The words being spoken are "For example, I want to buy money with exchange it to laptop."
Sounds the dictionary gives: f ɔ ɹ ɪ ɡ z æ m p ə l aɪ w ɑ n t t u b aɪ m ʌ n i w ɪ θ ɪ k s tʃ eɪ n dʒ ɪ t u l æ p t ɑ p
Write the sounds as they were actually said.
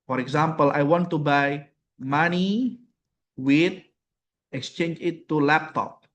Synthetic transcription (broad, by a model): f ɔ ɹ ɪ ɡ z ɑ m p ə l aɪ w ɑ n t t u b aɪ m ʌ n i w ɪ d ɪ k s tʃ eɪ n dʒ ɪ t u l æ p t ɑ p